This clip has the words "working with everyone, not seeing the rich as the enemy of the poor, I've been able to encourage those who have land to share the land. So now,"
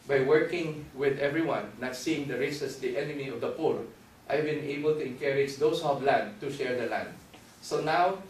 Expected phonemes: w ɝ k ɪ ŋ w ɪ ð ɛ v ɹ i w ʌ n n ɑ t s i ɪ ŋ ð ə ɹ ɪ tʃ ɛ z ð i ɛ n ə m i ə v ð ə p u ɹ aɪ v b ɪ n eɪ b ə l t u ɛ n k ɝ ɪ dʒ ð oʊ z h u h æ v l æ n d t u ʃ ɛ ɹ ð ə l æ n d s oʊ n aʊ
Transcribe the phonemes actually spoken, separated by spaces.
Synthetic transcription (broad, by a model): w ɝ k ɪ ŋ w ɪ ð ɛ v ɹ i w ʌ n n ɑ t s i ɪ ŋ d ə ɹ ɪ s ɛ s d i ɛ n ə m i ə v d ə p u ɹ aɪ v b ɪ n eɪ b ə l t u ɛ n k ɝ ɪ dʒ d oʊ s h u h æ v l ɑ n d t u ʃ ɛ ɹ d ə l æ n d s oʊ n aʊ